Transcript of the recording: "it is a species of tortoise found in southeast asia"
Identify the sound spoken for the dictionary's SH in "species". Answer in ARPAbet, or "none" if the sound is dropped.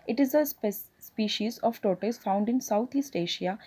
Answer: SH